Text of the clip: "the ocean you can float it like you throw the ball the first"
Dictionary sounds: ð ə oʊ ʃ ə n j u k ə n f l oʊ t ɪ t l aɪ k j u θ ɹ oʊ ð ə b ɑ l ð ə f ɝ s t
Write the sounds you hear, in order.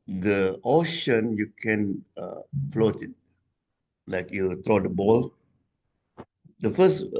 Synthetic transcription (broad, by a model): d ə oʊ ʃ ə n j u k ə n f l oʊ t ɪ t l aɪ k j u t ɹ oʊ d ə b ɑ l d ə f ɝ s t